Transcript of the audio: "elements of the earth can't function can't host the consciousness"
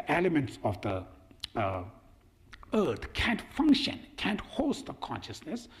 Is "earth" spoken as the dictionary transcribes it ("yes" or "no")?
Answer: no